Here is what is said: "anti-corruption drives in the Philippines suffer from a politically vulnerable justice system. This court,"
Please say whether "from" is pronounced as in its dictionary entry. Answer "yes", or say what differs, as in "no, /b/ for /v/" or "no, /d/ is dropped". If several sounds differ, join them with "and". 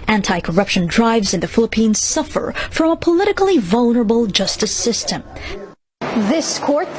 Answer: yes